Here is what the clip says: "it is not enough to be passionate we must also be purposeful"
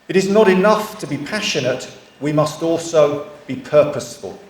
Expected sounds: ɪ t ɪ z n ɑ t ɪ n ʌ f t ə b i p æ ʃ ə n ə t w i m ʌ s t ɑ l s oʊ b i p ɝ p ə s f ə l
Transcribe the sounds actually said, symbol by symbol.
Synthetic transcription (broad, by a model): ɪ t ɪ z n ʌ t ɪ n ʌ f t ə b i p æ ʃ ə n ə t w i m ʌ s t ɑ l s oʊ b i p ɝ p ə s f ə l